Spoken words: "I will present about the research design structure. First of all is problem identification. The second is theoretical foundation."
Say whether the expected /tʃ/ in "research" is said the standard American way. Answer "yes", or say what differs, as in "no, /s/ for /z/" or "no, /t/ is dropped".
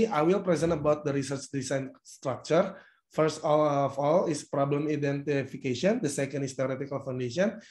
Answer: yes